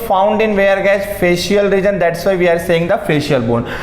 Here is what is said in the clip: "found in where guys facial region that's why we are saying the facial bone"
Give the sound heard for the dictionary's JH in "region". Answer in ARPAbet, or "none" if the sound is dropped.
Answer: JH